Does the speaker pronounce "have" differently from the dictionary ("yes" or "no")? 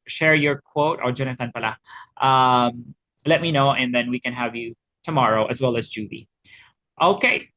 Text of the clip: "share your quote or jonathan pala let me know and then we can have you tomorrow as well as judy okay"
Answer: no